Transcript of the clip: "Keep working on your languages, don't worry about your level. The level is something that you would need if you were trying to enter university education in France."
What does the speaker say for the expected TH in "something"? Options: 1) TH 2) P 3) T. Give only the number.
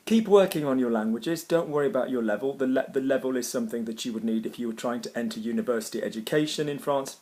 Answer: 1